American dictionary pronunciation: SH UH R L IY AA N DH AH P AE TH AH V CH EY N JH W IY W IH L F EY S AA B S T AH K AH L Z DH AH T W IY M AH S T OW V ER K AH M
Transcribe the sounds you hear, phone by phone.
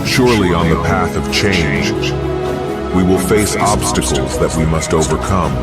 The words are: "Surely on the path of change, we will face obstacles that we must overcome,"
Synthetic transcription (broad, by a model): SH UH R L IY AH N DH AH P AE TH AH V CH EY N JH W IY W IH L F EY S AA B S T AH K L Z DH AH T W IY M AH S T OW V ER K AH M